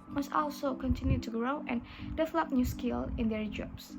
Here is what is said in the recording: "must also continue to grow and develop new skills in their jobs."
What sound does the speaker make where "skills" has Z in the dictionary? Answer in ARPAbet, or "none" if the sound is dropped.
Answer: none